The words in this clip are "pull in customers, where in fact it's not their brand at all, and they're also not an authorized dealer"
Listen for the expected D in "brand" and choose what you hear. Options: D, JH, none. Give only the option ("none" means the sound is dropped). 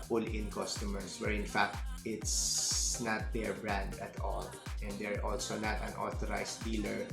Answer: D